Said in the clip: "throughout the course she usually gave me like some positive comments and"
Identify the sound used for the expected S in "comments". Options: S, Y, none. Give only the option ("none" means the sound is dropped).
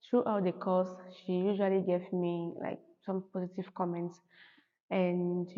S